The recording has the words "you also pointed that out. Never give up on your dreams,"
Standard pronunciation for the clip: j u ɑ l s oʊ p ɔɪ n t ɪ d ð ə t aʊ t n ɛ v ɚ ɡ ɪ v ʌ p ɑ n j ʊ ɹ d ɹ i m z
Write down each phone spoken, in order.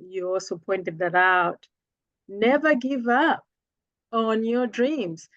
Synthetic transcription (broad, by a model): j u ɑ l s oʊ p ɔɪ n t ɪ d ð ə t aʊ t n ɛ v ɚ ɡ ɪ v ʌ p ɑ n j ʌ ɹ d ɹ i m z